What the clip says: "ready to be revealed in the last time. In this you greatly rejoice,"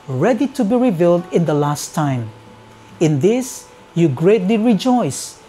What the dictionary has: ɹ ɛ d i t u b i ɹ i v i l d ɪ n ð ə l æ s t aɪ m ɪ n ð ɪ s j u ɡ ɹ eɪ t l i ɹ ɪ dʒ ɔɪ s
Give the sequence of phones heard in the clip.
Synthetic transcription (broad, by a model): ɹ ɛ d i t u b i ɹ i v i l d ɪ n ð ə l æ s t aɪ m ɪ n ð ɪ s j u ɡ ɹ eɪ t l i ɹ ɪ dʒ ɔɪ s